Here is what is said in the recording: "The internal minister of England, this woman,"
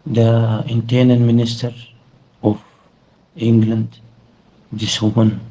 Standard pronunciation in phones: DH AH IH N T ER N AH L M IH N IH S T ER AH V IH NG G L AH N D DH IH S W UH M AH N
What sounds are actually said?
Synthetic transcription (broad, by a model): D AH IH N T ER N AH N M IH N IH S T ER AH F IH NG G L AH N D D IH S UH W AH N